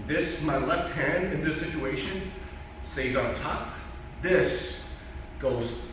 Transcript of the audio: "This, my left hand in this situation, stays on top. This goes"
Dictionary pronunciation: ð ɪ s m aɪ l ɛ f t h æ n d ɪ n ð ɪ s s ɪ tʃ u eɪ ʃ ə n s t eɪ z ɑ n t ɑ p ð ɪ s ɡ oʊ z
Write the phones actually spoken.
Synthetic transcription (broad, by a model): ð ɪ s m aɪ l ɛ f t h æ n d ɪ n ð ɪ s s ɪ tʃ u eɪ ʃ ə n s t eɪ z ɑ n t ɑ p ð ɪ s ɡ oʊ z